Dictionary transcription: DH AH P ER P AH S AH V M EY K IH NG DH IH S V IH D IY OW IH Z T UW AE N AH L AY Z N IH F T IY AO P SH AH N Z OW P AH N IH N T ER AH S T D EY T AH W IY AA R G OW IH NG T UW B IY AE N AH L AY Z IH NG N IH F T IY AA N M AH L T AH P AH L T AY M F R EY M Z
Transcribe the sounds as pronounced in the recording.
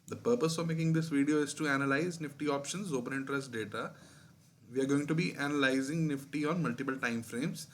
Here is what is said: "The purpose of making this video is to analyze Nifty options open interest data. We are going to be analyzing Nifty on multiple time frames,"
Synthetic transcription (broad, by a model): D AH P ER P AH S AH V M EY K IH NG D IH S V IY D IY OW IH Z T UW AE N AH L AY Z N IH F T IY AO P SH AH N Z OW P AH N IH N T ER AH S T D EY T AH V IY AA R G OW IH NG T UW B IY AE N AH L AY Z IH NG N IH F T IY AA N M AH L T AH P AH L T AY M F R EY M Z